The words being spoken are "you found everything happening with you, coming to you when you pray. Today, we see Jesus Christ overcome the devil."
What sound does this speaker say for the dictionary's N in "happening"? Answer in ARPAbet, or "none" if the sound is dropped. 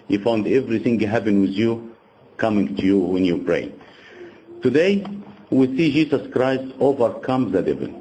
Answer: none